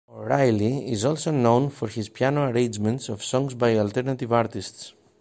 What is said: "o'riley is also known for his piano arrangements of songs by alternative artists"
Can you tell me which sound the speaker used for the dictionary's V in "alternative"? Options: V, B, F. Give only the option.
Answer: V